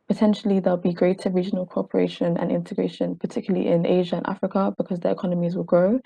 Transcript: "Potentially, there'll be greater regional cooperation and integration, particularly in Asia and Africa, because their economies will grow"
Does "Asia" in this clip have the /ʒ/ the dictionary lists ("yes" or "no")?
yes